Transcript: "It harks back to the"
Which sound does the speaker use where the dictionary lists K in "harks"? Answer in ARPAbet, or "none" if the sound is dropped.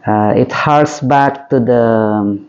none